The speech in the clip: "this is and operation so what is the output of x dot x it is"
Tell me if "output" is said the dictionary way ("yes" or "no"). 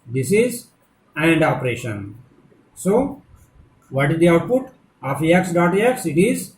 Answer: yes